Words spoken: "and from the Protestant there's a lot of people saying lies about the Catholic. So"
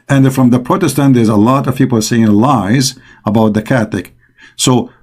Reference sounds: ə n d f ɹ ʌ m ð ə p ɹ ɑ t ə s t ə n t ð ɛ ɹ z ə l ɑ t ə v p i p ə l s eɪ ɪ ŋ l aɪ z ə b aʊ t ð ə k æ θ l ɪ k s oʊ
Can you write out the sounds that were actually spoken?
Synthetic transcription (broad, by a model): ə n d f ɹ ʌ m ð ə p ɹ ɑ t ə s t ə n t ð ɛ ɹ z ə l ɑ t ə v p i p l s eɪ ɪ ŋ l aɪ z ə b aʊ t ð ə k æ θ ɪ k s oʊ